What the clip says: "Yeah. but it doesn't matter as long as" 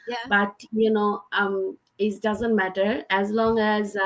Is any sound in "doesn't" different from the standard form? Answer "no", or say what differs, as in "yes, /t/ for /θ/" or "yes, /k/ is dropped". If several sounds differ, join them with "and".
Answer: no